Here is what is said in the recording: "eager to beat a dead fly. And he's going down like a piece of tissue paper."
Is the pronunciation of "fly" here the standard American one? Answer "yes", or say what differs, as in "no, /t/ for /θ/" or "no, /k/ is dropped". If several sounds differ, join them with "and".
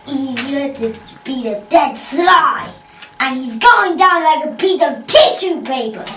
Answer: yes